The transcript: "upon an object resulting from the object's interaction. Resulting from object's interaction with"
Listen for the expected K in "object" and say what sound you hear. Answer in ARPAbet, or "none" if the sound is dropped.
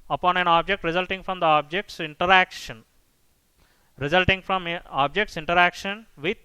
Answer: K